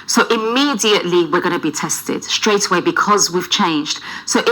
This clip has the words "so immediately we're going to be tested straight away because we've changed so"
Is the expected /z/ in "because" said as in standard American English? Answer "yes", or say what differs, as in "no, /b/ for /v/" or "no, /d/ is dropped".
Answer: yes